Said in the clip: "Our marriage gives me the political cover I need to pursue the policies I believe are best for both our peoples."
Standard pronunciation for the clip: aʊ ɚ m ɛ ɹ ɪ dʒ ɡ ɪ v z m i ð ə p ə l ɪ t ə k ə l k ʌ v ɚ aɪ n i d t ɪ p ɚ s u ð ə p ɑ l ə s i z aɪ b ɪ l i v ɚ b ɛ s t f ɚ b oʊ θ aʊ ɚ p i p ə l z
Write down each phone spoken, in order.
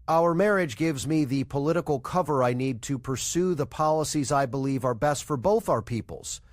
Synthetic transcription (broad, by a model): aʊ ɚ m ɛ ɹ ɪ dʒ ɡ ɪ v z m i ð ə p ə l ɪ t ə k l k ʌ v ɚ aɪ n i d t ɪ p ɚ s u ð ə p ɑ l ə s i z aɪ b ɪ l i v ɚ b ɛ s t f ɚ b oʊ θ aʊ ɚ p i p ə l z